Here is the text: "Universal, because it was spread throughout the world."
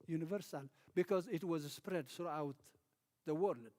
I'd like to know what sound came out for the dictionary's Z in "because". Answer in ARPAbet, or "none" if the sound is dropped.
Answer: Z